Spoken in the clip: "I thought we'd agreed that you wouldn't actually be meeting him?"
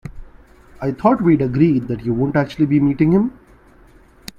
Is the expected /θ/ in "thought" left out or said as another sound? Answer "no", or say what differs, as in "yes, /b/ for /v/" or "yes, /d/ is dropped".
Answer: yes, /t/ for /θ/